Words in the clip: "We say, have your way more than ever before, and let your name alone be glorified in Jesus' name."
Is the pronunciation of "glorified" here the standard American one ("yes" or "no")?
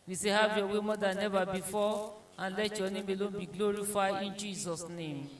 no